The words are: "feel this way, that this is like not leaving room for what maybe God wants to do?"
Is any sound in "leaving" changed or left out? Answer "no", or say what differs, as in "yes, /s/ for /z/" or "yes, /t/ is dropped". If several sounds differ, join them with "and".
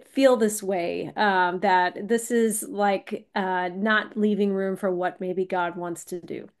no